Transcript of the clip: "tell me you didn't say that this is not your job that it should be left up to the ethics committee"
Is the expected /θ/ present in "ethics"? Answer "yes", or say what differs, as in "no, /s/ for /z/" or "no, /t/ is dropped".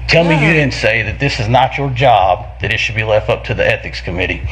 yes